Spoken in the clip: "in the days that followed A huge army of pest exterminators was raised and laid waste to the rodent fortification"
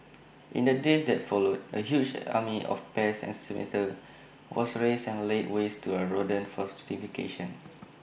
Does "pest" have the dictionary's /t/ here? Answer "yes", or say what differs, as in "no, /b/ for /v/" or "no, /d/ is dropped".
no, /t/ is dropped